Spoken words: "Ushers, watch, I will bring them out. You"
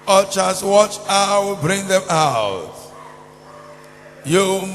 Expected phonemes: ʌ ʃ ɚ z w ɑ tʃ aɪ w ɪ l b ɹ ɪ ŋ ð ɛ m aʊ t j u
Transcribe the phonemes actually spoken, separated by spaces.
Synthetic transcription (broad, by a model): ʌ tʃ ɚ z w ɑ tʃ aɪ w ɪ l b ɹ ɪ ŋ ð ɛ m aʊ t j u